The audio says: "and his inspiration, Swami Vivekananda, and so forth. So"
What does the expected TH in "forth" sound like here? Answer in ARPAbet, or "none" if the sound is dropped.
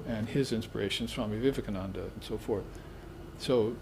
TH